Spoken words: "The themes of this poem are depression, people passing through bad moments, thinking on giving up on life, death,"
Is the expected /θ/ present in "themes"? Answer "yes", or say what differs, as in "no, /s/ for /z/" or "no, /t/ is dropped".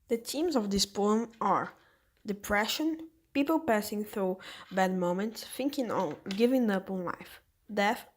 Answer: no, /t/ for /θ/